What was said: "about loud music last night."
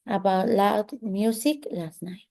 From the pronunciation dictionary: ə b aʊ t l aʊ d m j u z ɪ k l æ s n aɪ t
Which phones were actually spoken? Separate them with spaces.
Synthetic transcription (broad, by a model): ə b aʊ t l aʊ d m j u s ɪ k l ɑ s n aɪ